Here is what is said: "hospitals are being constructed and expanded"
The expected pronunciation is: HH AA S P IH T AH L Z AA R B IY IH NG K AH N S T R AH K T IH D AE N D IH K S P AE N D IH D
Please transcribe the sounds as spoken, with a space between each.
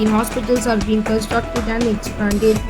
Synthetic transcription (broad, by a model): HH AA S P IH T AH L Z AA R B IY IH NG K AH S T AH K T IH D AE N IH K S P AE N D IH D